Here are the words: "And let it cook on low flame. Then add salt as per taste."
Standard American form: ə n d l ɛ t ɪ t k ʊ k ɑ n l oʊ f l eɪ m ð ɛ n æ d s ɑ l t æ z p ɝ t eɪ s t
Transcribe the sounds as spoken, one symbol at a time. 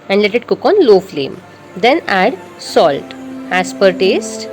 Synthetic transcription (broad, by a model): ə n d l ɛ t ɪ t k ʊ k ɑ n l oʊ f l eɪ m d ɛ n æ d s ɑ l t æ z p ɝ t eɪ s t